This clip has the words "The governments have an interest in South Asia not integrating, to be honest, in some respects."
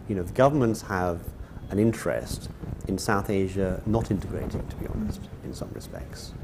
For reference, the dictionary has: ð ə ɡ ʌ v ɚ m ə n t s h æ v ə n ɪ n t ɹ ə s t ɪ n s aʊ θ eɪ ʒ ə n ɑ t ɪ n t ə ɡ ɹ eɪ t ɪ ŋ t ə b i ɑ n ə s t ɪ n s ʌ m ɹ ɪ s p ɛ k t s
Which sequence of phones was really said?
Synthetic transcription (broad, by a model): ð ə ɡ ʌ v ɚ m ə n t s h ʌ v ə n ɪ n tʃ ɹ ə s t ɪ n s aʊ θ eɪ ʒ ə n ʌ t ɪ n t ə ɡ ɹ eɪ t ɪ ŋ t ə b i ɑ n ə s t ɪ n s ʌ m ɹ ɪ s p ɛ k t s